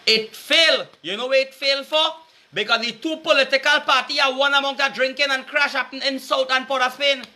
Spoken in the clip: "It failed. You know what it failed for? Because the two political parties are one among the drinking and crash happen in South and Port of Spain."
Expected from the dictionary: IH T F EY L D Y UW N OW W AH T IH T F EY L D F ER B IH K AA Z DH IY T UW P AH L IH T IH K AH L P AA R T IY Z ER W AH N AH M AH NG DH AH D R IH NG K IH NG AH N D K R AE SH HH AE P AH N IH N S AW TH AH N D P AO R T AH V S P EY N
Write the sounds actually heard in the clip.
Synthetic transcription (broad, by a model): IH T F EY L Y UW N OW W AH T IH T F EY L F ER B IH K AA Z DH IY T UW P AH L IH T IH K AH L P AA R T IY ER W AH N AH M AH NG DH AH D R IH NG K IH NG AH N K R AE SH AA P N IH N S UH T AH N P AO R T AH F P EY N